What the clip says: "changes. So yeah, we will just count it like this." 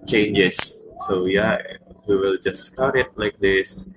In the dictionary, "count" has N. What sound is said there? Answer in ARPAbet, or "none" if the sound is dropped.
none